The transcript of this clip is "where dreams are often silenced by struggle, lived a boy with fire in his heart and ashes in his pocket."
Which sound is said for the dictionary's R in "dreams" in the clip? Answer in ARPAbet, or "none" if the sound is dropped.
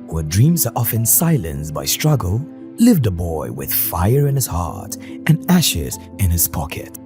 R